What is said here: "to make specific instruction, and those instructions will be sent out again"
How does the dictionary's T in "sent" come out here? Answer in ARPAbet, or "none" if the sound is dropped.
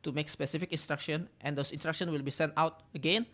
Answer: T